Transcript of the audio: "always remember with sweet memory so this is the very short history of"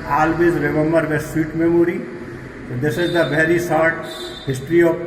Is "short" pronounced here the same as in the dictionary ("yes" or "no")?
no